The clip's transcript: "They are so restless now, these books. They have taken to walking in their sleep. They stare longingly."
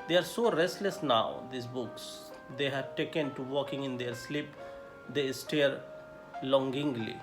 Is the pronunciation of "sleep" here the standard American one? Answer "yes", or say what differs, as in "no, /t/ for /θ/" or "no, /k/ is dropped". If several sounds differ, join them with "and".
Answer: yes